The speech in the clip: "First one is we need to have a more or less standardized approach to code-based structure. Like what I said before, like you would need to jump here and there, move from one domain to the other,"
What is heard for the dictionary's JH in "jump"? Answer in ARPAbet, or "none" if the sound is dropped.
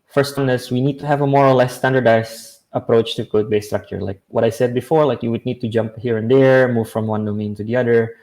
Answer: JH